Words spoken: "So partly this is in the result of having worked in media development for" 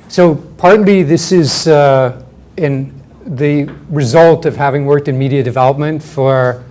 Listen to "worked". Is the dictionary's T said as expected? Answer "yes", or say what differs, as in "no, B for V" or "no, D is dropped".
yes